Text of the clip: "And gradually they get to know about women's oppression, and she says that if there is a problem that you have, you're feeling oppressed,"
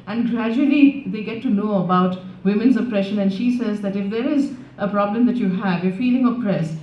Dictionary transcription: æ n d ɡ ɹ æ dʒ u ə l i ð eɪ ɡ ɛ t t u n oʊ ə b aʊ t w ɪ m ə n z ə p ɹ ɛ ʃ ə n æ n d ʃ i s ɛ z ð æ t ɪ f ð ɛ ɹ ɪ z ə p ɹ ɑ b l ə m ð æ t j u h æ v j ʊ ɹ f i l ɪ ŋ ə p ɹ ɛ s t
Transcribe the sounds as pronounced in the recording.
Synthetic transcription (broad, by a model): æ n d ɡ ɹ æ dʒ u ə l i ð eɪ ɡ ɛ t t u n oʊ ə b aʊ t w ɪ m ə n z ə p ɹ ɛ ʃ ə n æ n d ʃ i s ɛ z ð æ t ɪ f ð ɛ ɹ ɪ z ə p ɹ ɑ b l ə m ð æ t j u h æ v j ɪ f i l ɪ ŋ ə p ɹ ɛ s